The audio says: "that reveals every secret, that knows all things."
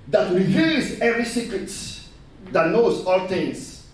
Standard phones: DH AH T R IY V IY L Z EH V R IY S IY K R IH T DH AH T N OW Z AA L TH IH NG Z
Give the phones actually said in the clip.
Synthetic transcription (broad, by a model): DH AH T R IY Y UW Z EH V R IY S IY K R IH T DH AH T N OW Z AA L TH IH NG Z